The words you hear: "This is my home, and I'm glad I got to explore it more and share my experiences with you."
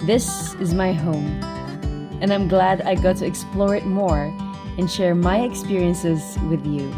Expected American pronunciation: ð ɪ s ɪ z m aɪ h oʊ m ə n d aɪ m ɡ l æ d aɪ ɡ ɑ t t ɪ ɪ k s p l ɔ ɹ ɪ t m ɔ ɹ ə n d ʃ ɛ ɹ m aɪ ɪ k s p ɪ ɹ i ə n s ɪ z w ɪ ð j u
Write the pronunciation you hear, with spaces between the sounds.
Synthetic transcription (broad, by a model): ð ɪ s ɪ z m aɪ h oʊ m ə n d aɪ m ɡ l æ d aɪ ɡ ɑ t t ɪ ɪ k s p l ɔ ɹ ɪ t m ɔ ɹ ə n ʃ ɛ ɹ m aɪ ɪ k s p ɪ ɹ i ə n s ɪ z w ɪ ð j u